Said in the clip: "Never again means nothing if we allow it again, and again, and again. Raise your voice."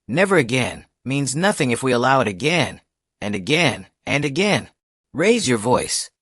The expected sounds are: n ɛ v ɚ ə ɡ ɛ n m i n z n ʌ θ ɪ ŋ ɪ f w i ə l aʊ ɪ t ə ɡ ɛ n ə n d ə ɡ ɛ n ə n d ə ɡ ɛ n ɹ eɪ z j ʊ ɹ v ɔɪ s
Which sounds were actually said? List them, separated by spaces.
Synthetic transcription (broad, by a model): n ɛ v ɚ ə ɡ ɛ n m i n z n ʌ θ ɪ ŋ ɪ f w i ə l aʊ ɪ t ə ɡ ɛ n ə n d ə ɡ ɛ n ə n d ə ɡ ɛ n ɹ eɪ z j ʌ ɹ v ɔɪ s